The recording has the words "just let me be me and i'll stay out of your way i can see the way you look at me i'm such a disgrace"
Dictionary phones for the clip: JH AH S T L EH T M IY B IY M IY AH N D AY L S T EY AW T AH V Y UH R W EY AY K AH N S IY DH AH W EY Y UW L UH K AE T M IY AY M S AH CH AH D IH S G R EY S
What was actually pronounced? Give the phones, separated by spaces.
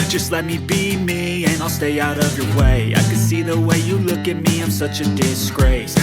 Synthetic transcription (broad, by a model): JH AH S T L EH T M IY B IY M IY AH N AY L S T EY AW T AH V Y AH R W EY AY K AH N S IY DH AH W EY Y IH L UH K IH T M IY AY M S AH CH AH D IH S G R EY S